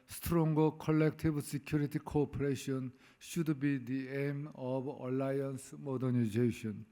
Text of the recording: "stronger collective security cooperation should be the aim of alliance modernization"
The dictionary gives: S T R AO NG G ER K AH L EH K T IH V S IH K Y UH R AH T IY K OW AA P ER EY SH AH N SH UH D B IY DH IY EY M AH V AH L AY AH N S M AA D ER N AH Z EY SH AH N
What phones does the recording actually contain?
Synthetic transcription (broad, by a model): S T R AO NG G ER K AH L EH K T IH B S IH K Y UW R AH T IY K OW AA P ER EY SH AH N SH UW D B IY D IY EY M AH B AH L AY AH N S M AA D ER N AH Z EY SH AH N